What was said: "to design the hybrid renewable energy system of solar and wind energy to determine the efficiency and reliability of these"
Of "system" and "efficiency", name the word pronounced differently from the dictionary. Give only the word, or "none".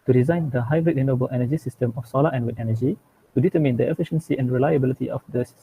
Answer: none